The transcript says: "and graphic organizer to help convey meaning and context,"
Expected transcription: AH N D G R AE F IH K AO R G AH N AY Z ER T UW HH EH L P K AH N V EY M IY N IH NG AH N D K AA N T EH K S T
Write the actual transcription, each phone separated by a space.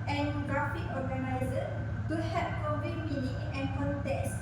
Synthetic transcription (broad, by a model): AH N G R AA F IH K AO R G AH N AY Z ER T UW HH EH P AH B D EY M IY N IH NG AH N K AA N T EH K S